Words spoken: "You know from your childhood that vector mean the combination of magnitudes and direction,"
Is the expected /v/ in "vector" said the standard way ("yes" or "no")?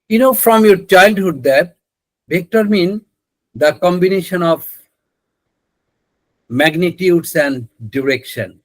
no